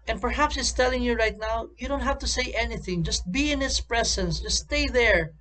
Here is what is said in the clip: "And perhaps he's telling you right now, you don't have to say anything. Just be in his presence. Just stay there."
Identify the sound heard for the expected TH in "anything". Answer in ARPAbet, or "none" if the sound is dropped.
TH